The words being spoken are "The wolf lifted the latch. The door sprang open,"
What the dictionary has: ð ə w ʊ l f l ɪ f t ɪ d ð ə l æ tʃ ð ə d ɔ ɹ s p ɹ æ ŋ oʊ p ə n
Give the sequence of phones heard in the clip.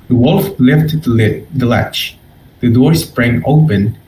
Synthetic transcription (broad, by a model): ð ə w ʊ l f l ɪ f t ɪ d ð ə l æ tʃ ð ə d ɔ ɹ s p ɹ æ ŋ oʊ p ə n